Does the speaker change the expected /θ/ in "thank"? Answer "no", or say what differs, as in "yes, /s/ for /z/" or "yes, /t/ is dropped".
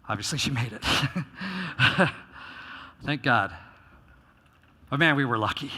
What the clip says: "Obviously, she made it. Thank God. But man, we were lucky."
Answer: no